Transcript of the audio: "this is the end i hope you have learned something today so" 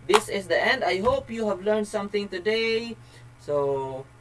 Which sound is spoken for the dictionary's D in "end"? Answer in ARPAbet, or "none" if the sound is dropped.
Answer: D